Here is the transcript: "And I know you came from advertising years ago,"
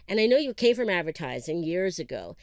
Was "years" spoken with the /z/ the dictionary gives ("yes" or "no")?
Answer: yes